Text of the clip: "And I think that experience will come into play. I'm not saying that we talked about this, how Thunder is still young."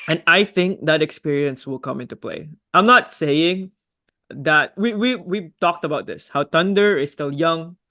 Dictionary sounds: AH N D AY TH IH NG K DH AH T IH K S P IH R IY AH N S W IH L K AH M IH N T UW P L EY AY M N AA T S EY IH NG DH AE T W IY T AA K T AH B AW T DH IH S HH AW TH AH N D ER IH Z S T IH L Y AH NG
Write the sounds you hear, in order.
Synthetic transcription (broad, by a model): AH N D AY TH IH NG K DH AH T IH K S P IH R IY AH N S W IH L K AH M IH N T UW P L EY AY M N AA T S EY IH NG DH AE T W IY T AA K T AH B AW T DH IH S HH AW T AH N D ER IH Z S T IH L Y AH NG